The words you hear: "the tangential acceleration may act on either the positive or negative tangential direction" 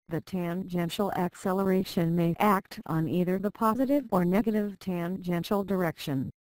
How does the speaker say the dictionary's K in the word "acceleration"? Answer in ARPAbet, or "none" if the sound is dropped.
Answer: K